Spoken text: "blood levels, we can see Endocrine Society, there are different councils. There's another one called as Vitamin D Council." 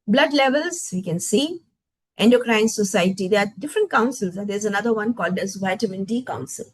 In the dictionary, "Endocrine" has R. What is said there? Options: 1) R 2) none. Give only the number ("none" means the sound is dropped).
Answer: 1